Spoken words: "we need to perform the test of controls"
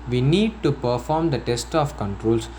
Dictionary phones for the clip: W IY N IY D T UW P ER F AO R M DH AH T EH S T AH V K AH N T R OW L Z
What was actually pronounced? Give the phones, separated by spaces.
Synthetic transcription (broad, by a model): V IY N IY D T UW P ER F AO R M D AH T EH S T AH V K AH N T R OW L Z